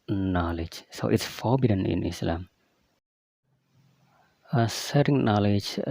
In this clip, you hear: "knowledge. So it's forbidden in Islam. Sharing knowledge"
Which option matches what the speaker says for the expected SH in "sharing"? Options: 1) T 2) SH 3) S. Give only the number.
3